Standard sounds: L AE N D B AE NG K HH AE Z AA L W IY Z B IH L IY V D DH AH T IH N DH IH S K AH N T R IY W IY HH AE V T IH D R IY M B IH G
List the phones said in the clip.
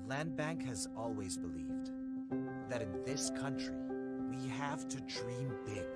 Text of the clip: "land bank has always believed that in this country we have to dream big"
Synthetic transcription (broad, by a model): L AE N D B AE NG K HH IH Z AA L W IY Z B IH L IY V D DH AH T IH N DH IH S K AH N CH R IY W IY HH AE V T IH D R IY M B IH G